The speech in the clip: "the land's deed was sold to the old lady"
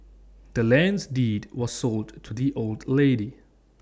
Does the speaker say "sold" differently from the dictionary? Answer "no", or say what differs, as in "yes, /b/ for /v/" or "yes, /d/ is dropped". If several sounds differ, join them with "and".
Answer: no